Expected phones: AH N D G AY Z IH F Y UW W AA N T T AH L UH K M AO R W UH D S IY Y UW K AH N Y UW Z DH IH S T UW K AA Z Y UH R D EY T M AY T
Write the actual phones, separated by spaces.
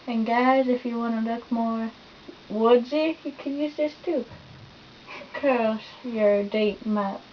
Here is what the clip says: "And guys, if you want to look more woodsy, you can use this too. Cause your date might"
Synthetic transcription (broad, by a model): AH N G AY Z IH F Y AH W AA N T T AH L UH K M AO R W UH D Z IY Y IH K AH N Y UW Z DH IH S T UW K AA S Y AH R D EY T M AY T